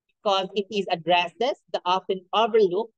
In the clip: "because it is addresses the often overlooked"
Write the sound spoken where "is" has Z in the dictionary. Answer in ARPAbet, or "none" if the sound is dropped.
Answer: Z